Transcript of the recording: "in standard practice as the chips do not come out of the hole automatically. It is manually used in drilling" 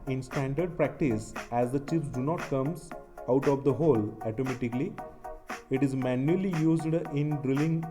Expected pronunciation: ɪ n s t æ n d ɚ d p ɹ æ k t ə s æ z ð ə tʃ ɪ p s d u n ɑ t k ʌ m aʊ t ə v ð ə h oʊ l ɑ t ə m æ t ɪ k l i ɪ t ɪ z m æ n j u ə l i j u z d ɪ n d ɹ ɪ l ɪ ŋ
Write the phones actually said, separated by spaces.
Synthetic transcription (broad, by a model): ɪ n s t æ n d ɚ d p ɹ æ k t ə s æ z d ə tʃ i f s d u n ɑ t k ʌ m aʊ t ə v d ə h oʊ l ɑ t ə m æ t ɪ k l i ɪ t ɪ z m æ n j u ə l i j u z d ɪ n d ɹ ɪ l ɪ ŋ